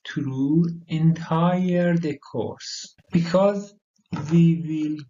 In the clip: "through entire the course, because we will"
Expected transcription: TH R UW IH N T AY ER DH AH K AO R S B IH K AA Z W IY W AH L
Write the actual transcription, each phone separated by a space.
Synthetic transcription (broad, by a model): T R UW IH N T AY ER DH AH K AO R S B IH K AA Z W IY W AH L